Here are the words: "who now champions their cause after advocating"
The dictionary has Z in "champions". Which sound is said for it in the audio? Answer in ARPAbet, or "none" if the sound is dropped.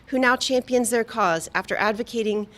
Z